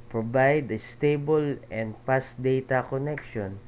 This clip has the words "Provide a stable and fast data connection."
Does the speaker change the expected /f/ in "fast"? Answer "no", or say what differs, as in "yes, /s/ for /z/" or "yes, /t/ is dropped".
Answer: yes, /p/ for /f/